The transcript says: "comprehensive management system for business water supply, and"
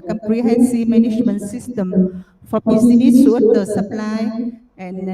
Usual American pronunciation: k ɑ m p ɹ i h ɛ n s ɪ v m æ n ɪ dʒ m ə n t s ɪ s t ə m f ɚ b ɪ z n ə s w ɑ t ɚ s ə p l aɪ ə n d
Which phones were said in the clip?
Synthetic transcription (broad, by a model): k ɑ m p ɹ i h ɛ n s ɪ m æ n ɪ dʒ m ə n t s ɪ s t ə m f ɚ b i s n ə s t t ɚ s ə p l aɪ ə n